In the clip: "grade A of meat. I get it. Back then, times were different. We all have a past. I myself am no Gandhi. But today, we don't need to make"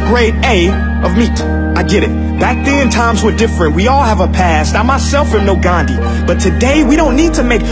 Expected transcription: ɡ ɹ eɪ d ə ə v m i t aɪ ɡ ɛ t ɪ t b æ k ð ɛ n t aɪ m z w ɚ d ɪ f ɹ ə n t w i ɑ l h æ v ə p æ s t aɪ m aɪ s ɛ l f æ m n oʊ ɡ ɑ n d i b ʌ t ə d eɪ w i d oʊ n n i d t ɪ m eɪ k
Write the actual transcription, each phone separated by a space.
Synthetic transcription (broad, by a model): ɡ ɹ eɪ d ə ə v m i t aɪ ɡ ɛ t ɪ t b æ k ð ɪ n t aɪ m z w ɚ d ɪ f ɹ ə n t w i ɑ l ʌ v ə p æ s t aɪ m aɪ s ɛ l f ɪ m n oʊ ɡ ɑ n d i b ʌ t ə d eɪ w i d oʊ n n i d t ɪ m eɪ k